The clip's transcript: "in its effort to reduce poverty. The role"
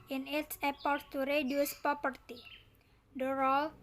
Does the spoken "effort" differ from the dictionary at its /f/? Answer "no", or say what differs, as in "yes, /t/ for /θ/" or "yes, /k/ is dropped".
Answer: yes, /p/ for /f/